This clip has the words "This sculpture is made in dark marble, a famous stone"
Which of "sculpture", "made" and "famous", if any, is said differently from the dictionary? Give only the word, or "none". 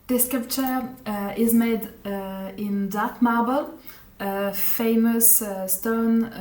sculpture